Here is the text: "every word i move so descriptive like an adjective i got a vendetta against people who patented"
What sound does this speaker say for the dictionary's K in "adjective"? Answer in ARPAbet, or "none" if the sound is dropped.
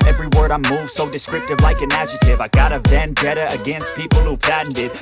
none